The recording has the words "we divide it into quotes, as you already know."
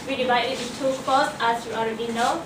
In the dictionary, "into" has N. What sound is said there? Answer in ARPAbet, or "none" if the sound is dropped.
none